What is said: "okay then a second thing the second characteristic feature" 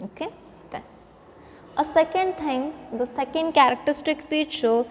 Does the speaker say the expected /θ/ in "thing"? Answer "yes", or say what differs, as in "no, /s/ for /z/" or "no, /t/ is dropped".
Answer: no, /t/ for /θ/